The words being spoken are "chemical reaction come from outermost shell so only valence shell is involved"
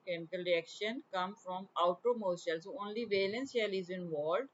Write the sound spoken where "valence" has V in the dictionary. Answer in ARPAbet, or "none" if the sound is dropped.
V